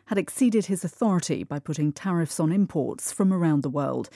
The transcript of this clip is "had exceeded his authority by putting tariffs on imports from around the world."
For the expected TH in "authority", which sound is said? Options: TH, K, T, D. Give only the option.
TH